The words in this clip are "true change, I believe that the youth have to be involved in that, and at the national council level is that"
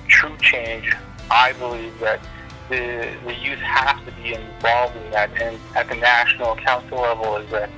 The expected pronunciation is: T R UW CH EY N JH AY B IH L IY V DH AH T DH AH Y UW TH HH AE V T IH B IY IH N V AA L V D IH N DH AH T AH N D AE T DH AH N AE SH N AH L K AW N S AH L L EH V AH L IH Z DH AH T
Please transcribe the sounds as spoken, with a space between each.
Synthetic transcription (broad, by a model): T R UW CH EY N JH AY B IH L IY V DH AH T DH AH Y UW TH HH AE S T IH B IY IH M V AA L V IH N DH AH T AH N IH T DH AH N AE SH N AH K AW N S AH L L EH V L IH Z DH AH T